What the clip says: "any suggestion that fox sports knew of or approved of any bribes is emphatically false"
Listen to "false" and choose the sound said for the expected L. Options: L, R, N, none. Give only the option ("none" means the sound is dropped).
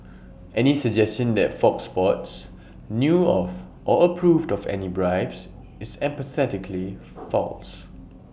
L